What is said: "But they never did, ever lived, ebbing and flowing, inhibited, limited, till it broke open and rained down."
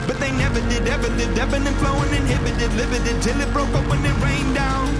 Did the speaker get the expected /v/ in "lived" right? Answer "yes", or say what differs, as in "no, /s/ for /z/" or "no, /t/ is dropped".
no, /v/ is dropped